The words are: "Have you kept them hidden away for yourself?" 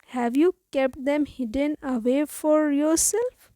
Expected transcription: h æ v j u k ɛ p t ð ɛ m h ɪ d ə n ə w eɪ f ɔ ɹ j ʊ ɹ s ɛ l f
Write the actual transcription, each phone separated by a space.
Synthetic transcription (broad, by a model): h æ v j u k ɛ p t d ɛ m h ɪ d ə n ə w eɪ f ɔ ɹ j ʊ ɹ s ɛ l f